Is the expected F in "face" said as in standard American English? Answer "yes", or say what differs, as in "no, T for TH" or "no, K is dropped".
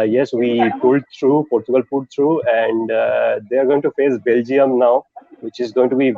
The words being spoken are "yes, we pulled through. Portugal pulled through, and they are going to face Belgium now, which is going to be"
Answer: yes